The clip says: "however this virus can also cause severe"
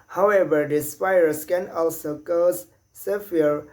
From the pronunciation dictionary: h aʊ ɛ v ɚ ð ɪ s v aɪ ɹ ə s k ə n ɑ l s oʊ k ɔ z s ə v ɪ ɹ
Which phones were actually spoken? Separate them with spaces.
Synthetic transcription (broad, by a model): h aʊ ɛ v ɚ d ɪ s f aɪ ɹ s k ə n ɑ l s oʊ k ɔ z s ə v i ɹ